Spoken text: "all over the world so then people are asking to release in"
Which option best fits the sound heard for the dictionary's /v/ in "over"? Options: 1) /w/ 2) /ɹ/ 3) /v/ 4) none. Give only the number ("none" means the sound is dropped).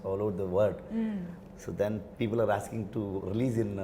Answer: 4